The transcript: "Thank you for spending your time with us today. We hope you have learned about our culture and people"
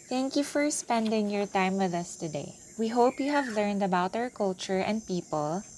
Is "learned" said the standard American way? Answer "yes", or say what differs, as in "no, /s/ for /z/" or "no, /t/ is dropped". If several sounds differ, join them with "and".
yes